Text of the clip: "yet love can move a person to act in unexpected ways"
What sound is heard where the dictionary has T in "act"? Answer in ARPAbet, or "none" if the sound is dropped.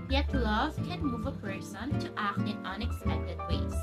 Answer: T